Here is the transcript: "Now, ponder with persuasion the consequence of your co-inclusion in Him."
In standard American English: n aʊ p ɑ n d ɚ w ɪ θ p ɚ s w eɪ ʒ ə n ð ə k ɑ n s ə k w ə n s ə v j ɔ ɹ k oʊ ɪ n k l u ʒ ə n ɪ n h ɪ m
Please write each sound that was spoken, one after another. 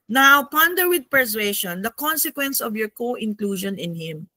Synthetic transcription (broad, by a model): n aʊ p ɑ n d ɚ w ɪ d p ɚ s w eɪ ʃ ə n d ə k ɑ n s ə k w ə n s ə v j ɔ ɹ k oʊ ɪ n k l u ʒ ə n ɪ n h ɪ m